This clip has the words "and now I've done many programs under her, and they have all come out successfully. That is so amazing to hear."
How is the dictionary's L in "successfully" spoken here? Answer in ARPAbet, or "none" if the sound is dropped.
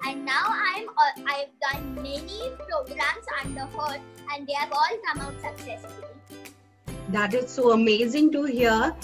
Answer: none